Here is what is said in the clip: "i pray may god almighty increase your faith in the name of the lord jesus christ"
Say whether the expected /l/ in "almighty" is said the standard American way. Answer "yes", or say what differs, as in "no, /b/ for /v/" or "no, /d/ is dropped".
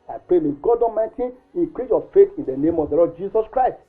no, /l/ is dropped